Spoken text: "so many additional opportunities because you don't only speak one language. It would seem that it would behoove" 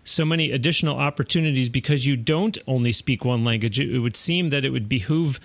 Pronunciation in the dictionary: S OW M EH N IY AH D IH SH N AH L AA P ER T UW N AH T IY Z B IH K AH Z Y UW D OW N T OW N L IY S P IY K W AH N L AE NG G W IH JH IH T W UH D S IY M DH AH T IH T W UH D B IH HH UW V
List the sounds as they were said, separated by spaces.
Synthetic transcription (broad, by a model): S OW M EH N IY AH D IH SH N L AA P ER T UW N AH T IY Z B IH K AH Z Y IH D OW N T OW N L IY S P IY K W AH N L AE NG G W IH JH IH T W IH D S IY M DH AH T IH T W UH D B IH HH UW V